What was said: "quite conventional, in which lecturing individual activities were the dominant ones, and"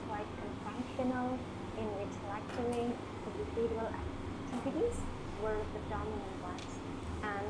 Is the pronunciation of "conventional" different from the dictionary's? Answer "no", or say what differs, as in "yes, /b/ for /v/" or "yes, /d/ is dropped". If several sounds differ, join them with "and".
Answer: yes, /f/ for /v/